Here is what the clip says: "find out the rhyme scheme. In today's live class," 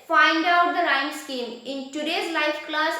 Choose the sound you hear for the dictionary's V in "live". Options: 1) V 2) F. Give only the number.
2